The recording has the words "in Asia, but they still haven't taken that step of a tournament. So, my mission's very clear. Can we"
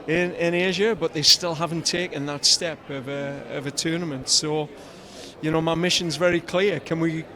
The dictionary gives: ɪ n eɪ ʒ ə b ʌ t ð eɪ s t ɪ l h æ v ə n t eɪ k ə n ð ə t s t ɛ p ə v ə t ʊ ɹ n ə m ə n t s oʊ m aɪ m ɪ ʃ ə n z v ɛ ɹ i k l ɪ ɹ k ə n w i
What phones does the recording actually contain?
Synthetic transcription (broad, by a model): ɪ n eɪ ʒ ə b ʌ t ð eɪ s t ɪ l h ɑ v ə n t eɪ k ə n ð ə t s t ɛ p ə v ə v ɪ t n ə m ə n t s oʊ m aɪ m ɪ ʃ ə n z v ɛ ɹ i k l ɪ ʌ k ə n w i